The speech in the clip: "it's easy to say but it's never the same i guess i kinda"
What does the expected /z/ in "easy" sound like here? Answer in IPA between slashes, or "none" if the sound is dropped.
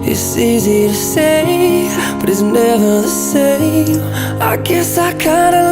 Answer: /z/